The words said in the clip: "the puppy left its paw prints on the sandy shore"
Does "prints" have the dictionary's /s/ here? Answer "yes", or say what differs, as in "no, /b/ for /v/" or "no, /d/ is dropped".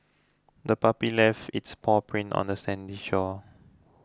no, /s/ is dropped